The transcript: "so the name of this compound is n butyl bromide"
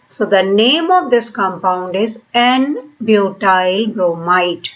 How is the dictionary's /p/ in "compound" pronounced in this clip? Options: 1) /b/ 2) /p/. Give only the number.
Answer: 2